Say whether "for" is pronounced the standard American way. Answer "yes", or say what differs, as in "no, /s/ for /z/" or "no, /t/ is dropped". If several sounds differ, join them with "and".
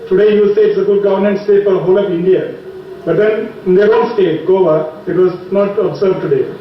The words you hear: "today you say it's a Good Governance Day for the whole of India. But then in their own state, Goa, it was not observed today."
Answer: no, /p/ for /f/